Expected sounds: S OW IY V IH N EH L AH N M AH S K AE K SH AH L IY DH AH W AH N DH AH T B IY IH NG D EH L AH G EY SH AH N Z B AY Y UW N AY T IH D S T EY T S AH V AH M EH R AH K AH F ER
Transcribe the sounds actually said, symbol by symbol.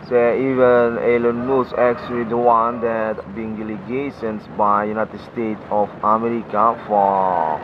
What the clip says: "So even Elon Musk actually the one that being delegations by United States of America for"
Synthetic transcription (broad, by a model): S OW IY V IH N EH L AH N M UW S AE K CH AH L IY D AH W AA N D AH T B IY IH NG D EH L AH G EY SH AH N S B AY Y UW N AY T IH D S T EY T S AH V AH M EH R AH K AH F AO